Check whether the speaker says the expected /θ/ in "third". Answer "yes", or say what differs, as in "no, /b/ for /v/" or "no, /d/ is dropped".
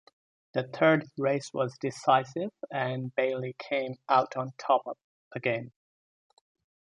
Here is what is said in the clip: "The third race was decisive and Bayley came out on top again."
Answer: yes